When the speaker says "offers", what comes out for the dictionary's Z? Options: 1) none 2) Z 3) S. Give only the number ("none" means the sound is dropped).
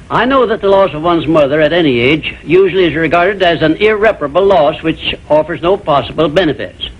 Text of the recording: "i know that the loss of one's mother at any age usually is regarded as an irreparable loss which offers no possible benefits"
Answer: 2